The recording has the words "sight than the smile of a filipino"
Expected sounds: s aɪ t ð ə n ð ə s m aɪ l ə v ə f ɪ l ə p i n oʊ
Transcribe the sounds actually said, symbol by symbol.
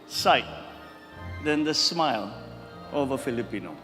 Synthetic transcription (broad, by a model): s aɪ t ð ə n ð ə s m aɪ l ə v ə f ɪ l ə p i n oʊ